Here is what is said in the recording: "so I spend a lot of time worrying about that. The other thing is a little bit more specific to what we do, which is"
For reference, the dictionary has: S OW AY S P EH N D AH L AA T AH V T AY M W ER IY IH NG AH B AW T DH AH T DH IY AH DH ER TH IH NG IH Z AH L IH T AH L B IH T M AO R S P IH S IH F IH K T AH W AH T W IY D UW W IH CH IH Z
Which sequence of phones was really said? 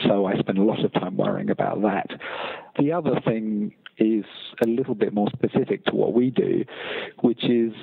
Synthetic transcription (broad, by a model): S OW AY S P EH N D AH L AA T AH V T AY M W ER IH NG AH B AW T DH AH T DH IY AH DH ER TH IH NG IH Z AH L IH T L B IH T M AO R S P IH S IH F IH K T AH W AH T W IY D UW W IH CH IH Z